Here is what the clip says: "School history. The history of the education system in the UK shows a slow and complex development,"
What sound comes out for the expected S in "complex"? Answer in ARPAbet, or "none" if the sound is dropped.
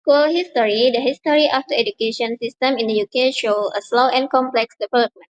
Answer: S